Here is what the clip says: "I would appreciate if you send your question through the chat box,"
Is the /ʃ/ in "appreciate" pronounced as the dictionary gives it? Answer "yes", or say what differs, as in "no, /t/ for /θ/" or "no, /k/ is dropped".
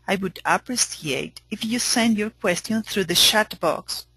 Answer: no, /s/ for /ʃ/